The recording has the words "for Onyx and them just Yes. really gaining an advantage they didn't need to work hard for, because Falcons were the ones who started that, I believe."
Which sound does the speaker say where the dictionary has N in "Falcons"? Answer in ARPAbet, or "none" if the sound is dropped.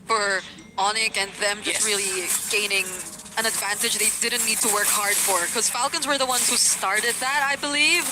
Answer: N